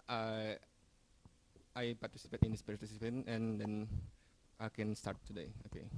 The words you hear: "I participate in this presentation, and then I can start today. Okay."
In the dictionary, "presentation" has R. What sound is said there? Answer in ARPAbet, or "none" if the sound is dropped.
none